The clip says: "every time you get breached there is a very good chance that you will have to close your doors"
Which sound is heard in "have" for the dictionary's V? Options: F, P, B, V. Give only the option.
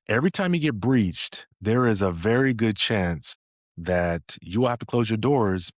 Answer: F